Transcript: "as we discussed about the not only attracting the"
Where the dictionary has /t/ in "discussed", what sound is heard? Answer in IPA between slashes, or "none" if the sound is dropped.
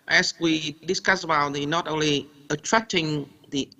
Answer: none